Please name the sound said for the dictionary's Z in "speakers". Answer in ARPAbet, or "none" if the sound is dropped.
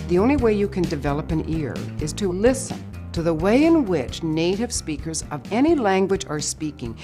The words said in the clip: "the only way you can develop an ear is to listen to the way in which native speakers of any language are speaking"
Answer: Z